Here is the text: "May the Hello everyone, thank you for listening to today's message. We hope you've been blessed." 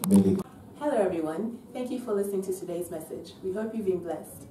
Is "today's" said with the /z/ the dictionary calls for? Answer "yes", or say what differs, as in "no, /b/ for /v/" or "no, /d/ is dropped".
yes